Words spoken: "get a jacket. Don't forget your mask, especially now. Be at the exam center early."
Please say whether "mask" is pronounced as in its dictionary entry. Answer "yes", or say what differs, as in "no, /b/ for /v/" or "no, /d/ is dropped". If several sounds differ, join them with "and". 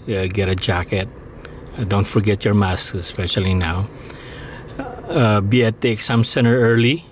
no, /k/ is dropped